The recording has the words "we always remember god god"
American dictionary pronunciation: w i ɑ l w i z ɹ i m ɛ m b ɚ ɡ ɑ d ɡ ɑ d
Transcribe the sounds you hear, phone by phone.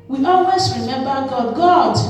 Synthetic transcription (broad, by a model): w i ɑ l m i s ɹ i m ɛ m b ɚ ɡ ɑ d ɡ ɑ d